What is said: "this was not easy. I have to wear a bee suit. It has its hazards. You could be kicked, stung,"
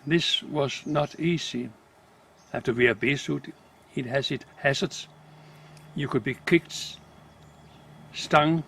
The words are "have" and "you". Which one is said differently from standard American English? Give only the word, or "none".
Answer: have